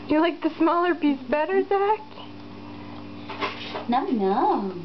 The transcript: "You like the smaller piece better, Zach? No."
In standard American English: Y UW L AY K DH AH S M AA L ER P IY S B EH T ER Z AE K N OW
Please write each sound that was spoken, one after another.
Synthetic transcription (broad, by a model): Y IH L AY K DH AH S M AA L ER B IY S B EH T ER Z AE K N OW